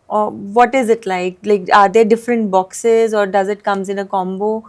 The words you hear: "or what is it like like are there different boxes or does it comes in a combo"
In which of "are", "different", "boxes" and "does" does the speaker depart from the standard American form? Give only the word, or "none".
none